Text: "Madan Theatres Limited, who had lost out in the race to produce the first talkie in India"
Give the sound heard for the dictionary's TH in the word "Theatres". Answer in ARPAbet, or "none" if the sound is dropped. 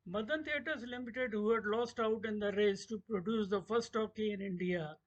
T